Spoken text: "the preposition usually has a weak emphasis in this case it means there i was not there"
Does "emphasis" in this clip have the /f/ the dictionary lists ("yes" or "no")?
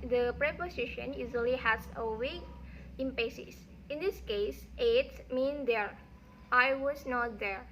no